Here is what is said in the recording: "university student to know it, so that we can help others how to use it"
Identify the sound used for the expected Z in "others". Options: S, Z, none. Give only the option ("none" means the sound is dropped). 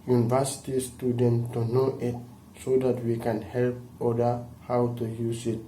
none